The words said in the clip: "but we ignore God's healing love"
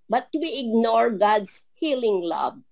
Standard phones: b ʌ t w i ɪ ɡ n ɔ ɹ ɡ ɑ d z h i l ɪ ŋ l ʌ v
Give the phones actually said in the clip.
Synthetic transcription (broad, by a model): b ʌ t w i ɪ ɡ n ɔ ɹ ɡ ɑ d s h i l ɪ ŋ l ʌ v